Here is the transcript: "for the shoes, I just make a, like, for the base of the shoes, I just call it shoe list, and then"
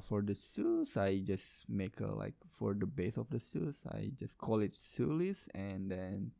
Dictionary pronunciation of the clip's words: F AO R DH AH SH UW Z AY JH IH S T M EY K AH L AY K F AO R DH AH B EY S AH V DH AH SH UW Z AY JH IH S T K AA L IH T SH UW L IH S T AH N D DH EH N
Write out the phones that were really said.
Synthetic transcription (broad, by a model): F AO R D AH S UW S AY JH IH S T M EY K AH L AY K F AO R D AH B EY S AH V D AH S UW S AY JH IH S K AA L IH T S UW L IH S AH N D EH N